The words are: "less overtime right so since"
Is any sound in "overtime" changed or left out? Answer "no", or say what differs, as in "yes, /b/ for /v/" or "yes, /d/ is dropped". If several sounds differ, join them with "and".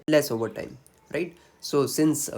no